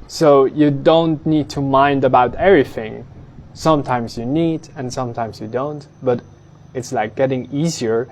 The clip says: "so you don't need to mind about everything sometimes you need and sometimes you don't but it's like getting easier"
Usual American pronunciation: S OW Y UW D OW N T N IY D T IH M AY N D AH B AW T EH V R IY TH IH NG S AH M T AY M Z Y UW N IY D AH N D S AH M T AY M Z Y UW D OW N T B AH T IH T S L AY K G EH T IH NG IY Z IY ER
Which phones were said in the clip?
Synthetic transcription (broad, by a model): S OW Y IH D OW N T N IY D T IH M AY N D AH B AW T EH V R IY TH IH NG S AH M T AY M Z Y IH N IY D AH N S AH M T AY M Z Y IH D OW N T B AH T IH T S L AY K G EH T IH NG IY Z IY ER